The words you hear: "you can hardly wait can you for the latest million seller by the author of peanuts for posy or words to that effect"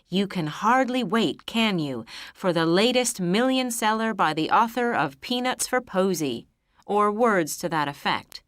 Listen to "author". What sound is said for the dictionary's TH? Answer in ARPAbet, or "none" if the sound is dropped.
TH